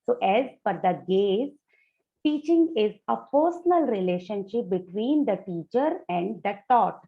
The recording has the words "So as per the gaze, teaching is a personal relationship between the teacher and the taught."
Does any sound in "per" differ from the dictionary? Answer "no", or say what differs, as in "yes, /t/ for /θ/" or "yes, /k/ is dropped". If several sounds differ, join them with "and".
yes, /f/ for /p/